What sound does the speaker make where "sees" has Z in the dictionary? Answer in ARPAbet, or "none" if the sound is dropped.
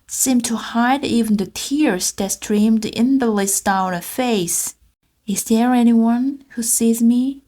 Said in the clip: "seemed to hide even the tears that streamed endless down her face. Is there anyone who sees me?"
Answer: Z